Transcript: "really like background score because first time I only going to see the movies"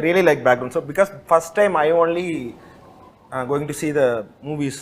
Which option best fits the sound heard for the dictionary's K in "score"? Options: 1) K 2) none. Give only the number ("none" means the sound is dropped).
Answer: 2